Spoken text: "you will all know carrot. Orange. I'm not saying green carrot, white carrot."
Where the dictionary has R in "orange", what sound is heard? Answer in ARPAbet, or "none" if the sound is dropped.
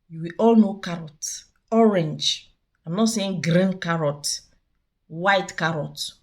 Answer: R